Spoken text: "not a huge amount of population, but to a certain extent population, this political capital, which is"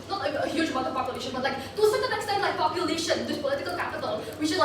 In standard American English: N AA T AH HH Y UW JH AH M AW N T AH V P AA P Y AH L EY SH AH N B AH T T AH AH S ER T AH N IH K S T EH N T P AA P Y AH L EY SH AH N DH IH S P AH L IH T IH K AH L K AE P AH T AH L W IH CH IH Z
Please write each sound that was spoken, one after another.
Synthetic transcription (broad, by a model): N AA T AH HH Y UW JH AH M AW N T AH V P AA P Y AH L EY SH AH N B AH T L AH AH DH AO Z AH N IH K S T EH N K P AA P Y AH L EY SH AH N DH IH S P AH L IH T IH K AH L K AE P AH T AH L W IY SH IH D